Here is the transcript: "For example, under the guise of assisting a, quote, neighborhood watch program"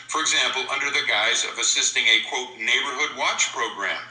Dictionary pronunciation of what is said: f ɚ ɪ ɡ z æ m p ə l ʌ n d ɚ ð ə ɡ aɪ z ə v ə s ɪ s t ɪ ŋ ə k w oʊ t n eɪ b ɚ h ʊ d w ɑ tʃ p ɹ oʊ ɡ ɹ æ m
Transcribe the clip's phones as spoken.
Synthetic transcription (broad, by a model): f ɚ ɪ ɡ z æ m p l ʌ n d ɚ ð ə ɡ aɪ z ə v ə s ɪ s t ɪ ŋ ə k w oʊ t n eɪ b ɚ h ʊ d w ɑ tʃ p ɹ oʊ ɡ ɹ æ m